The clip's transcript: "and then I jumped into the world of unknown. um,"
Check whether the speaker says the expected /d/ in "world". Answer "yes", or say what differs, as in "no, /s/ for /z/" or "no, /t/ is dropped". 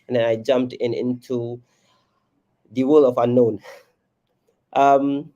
no, /d/ is dropped